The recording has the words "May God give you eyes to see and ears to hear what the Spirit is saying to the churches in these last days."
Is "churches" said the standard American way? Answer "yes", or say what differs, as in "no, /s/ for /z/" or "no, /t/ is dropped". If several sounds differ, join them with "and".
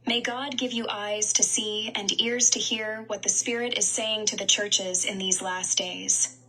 yes